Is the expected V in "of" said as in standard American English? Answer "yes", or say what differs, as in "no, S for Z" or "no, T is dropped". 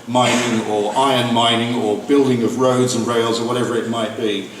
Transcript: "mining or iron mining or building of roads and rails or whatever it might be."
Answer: yes